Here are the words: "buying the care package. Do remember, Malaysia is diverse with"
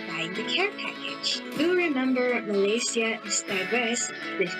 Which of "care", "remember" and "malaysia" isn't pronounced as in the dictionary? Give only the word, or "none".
malaysia